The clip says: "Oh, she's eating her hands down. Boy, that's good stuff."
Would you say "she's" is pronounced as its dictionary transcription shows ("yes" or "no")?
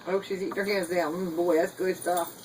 yes